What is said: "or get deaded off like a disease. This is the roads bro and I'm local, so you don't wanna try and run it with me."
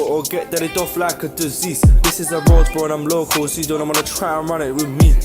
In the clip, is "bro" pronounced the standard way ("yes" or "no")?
no